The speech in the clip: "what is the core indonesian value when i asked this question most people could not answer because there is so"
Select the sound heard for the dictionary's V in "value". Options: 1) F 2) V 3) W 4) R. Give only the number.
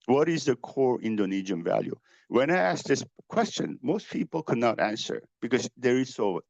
2